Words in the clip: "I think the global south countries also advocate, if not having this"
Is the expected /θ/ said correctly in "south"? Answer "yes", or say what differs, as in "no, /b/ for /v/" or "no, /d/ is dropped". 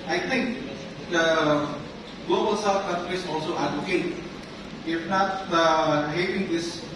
no, /f/ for /θ/